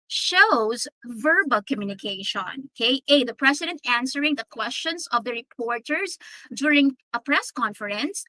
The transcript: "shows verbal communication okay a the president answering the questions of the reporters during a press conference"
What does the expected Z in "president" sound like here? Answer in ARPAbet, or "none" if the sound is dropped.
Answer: S